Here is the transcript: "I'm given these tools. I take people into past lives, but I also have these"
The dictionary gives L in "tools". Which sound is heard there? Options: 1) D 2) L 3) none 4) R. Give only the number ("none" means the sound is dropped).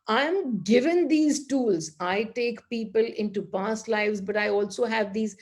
2